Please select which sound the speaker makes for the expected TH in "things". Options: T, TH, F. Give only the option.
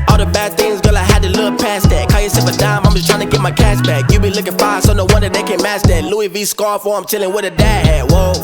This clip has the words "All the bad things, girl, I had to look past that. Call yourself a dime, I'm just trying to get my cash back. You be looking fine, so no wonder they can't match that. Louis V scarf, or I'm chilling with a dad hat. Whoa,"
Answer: TH